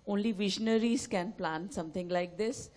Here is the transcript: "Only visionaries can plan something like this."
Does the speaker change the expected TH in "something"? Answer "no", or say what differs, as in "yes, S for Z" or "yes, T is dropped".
yes, T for TH